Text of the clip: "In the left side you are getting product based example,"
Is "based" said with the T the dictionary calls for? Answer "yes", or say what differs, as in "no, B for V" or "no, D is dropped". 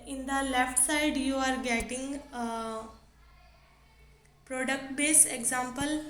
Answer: no, T is dropped